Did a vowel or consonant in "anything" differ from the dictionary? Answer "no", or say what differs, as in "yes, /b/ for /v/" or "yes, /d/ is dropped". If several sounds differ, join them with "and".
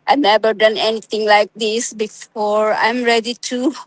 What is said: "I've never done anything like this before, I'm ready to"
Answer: yes, /t/ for /θ/